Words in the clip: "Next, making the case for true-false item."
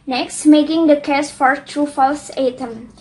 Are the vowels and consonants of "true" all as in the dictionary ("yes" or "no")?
yes